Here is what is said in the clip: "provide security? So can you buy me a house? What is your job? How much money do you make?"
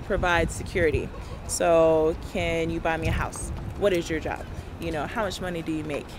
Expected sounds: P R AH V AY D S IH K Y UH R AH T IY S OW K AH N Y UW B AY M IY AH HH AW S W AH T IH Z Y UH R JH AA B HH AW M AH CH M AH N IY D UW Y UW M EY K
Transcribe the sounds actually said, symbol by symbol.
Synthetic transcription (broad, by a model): P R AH V AY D S IH K Y UH R AH T IY S OW K AH N Y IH B AY M IY AH HH AW S W AH T IH Z Y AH R JH AA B HH AW M AH CH M AH N IY D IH Y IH M EY K